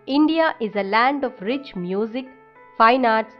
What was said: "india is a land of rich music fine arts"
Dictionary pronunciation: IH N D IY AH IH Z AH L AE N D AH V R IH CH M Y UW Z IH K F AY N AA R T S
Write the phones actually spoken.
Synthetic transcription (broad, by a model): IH N D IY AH IH Z AH L AE N D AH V R IH CH M Y UW Z IH K F AY N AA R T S